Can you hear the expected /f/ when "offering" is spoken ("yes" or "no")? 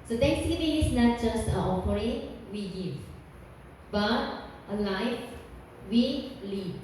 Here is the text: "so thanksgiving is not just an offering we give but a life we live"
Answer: no